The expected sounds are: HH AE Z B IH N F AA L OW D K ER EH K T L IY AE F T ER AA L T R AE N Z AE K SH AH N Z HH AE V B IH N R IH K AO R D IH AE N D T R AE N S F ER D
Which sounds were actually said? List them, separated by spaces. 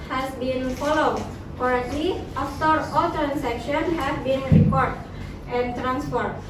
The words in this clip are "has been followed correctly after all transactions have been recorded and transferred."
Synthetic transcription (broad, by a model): HH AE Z B IH N F AA L OW D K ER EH T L IY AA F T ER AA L T R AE N S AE K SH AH N HH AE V B IH N R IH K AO R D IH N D T R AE N S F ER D